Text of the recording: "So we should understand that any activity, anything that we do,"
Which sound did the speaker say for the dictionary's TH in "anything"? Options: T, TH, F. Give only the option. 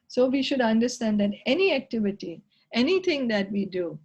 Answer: T